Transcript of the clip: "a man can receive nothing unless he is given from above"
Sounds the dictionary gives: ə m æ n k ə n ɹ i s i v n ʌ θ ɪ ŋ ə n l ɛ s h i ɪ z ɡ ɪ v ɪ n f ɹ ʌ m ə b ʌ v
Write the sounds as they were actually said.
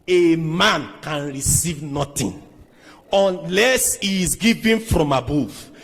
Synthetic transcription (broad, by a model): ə m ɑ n k ə n ɹ i s i v n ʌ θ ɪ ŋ ə n l ɛ s h i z ɡ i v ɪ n f ɹ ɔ m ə b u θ